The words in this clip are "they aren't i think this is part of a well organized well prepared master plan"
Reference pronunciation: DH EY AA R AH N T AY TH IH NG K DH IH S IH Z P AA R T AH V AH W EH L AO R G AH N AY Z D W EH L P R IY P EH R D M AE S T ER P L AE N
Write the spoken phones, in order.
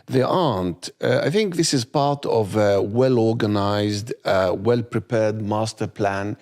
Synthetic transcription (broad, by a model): DH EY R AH N T AY TH IH NG K DH IH S IH Z P AA R T AH V AH W EH L AO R G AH N AY Z D W EH L P R IY P EH R D M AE S T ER P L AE N